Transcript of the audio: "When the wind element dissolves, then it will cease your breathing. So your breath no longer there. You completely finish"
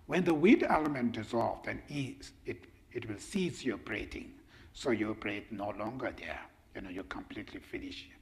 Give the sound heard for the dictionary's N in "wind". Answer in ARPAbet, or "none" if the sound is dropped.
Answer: none